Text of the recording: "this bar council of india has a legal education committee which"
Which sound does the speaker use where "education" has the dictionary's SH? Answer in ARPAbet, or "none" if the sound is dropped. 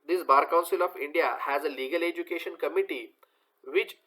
SH